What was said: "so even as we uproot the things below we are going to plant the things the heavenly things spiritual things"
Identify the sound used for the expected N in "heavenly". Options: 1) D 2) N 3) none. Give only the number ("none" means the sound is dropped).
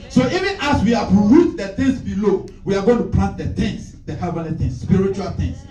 3